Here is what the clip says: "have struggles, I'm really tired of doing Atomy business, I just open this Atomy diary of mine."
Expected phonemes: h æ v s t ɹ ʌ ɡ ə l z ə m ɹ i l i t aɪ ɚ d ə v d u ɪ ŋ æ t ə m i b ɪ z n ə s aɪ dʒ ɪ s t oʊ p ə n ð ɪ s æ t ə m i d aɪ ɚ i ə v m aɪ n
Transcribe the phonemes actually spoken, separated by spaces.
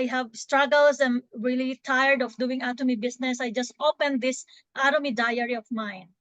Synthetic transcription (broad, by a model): h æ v s t ɹ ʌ ɡ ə l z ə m ɹ i l i t aɪ ɚ d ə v d u ɪ ŋ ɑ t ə m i b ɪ s n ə s aɪ dʒ ɪ s t oʊ p ə n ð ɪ s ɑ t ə m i d aɪ ɚ i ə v m aɪ n